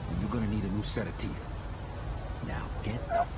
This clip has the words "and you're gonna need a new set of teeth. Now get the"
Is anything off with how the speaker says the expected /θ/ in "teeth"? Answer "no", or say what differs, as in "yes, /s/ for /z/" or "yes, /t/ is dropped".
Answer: no